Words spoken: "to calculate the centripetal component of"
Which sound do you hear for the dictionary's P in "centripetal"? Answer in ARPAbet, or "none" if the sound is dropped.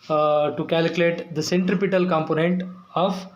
P